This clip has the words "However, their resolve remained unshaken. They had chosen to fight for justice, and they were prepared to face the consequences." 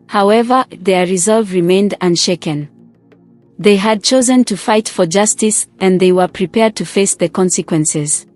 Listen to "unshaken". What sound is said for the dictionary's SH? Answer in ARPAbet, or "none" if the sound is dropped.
SH